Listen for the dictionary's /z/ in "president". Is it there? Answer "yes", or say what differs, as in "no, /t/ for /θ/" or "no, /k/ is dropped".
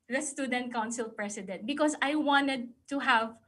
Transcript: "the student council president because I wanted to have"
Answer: no, /s/ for /z/